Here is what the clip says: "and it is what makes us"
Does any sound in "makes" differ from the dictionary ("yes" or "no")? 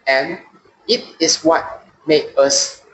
yes